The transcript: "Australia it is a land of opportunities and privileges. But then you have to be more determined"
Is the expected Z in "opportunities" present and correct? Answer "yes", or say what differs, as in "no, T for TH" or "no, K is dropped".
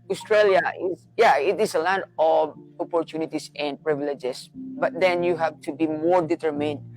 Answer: no, S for Z